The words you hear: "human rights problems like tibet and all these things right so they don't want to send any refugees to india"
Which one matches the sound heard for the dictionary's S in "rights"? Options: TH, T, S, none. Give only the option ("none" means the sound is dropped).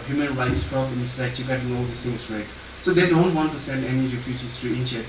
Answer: S